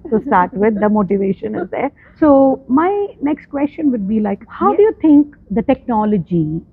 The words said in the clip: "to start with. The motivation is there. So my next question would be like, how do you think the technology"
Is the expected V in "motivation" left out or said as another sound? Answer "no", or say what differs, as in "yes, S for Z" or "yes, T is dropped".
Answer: no